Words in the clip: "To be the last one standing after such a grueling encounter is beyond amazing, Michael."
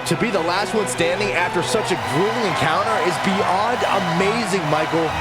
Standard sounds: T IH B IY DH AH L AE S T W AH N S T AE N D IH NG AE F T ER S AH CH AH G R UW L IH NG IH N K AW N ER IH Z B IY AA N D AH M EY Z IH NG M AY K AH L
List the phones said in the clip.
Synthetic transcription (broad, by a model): T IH B IY DH AH L AE S T W AH N S T AE N D IH NG AE F T ER S AH CH AH G R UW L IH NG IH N K AW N ER IH Z B IY AA N D AH M EY Z IH NG M AY K L